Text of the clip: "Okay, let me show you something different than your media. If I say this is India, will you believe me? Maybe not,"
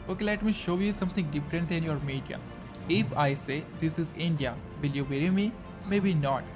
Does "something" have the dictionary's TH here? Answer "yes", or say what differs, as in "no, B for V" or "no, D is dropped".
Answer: no, T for TH